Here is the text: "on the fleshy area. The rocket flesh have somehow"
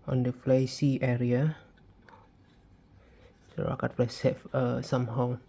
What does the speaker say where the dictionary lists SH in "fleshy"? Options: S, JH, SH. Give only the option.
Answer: S